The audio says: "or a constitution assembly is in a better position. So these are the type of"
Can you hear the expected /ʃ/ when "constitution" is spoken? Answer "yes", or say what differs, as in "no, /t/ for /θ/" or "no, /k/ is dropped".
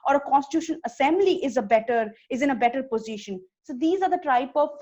yes